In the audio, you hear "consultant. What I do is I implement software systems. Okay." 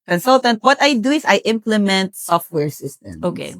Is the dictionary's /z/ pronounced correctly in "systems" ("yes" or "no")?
no